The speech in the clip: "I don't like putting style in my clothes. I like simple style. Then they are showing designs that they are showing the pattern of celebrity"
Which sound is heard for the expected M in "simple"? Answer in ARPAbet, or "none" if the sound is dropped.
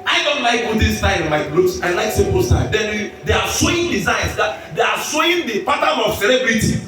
none